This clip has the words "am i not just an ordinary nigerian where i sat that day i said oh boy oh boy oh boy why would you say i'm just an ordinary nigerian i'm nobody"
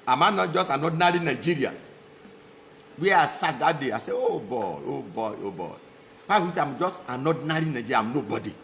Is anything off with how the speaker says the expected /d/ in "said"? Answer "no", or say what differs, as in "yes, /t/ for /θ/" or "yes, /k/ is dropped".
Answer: yes, /d/ is dropped